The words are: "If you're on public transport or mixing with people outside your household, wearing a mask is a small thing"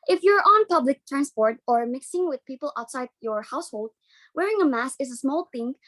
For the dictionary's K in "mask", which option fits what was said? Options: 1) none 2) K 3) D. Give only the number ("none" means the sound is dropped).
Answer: 1